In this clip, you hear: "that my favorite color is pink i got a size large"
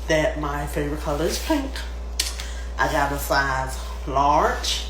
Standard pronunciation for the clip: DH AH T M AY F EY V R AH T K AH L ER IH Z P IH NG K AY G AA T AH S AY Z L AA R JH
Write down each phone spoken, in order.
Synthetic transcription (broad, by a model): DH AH T M AY F EY V R AH T K AH L ER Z P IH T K AY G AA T AH S AY Z L AA R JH